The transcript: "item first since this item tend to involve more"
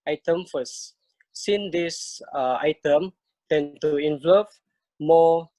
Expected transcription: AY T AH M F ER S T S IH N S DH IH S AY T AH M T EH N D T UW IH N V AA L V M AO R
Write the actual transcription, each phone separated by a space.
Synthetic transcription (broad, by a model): AY T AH M F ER S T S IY N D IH S AY T AH M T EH N T UW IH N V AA V M AO